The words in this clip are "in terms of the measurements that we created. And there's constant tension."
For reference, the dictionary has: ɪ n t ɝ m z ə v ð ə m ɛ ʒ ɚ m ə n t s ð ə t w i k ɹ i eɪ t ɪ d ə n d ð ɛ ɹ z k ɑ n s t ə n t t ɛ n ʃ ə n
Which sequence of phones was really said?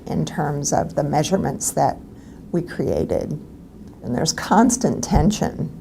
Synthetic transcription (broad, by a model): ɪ n t ɝ m z ə v ð ə m ɛ ʒ ɚ m ə n t s ð ə t w i k ɹ i eɪ t ɪ d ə n ð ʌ ɹ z k ɑ n s t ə n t t ɛ n ʃ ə n